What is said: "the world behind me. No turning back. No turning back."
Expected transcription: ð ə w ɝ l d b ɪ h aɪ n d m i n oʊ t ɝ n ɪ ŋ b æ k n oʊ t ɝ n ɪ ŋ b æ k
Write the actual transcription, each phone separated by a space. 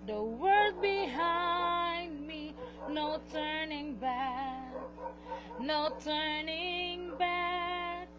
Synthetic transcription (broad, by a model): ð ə w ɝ d b ɪ h aɪ n d m i n oʊ t ɝ n ɪ ŋ b æ k n oʊ t ɝ n ɪ ŋ b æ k